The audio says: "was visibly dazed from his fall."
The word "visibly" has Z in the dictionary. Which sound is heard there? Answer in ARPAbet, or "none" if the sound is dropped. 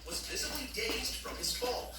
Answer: Z